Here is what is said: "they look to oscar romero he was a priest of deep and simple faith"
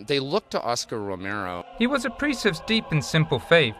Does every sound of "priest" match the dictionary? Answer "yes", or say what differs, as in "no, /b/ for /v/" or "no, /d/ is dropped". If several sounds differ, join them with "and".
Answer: no, /t/ is dropped